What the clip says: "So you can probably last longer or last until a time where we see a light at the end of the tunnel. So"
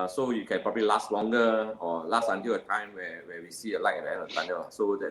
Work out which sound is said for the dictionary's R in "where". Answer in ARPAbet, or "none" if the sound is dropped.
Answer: W